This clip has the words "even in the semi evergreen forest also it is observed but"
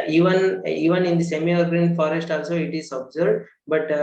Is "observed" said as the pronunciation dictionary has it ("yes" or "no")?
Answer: no